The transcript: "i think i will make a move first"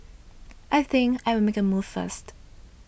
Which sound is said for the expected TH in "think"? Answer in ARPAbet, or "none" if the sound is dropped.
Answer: TH